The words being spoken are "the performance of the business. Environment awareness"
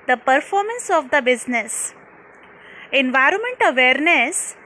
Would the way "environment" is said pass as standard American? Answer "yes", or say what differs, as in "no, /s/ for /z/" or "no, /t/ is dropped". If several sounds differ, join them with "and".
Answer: yes